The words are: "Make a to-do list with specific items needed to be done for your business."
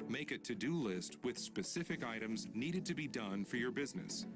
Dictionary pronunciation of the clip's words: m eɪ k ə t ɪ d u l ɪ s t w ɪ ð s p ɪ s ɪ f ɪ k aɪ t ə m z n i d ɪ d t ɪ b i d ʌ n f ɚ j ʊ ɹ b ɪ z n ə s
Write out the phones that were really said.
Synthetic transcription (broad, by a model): m eɪ k ə t ɪ d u l ɪ s t w ɪ ð s p ɪ s ɪ f ɪ k aɪ t ə m z n i d ɪ d t ɪ b i d ʌ n f ɚ j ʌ ɹ b ɪ z n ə s